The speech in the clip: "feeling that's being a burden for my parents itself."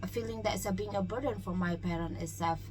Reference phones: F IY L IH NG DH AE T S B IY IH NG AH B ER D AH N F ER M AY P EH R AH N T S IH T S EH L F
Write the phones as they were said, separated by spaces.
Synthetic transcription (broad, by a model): F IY L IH NG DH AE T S B IY IH NG AH B ER D AH N F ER M AY P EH R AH N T IH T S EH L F